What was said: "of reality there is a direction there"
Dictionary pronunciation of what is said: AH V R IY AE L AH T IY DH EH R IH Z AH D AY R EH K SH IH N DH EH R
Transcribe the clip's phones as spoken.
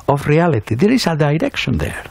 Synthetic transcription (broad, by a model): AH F R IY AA L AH T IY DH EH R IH S AH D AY R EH K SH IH N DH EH R